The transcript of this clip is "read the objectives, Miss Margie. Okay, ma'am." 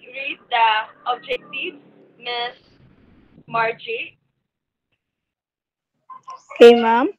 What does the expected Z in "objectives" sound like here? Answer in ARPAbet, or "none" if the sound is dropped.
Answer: none